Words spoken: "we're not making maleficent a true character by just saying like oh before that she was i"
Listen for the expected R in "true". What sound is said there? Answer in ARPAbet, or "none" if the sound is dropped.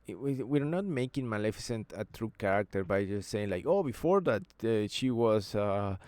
R